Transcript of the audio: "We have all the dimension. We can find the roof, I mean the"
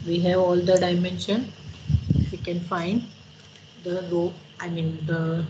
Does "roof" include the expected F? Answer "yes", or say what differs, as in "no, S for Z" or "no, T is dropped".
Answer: no, F is dropped